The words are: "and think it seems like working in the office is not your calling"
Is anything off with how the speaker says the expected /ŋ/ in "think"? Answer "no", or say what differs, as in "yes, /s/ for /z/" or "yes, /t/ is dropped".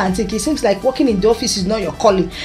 yes, /ŋ/ is dropped